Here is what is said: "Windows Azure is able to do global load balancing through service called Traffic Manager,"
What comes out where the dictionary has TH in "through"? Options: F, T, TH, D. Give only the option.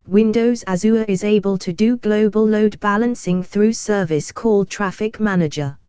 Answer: TH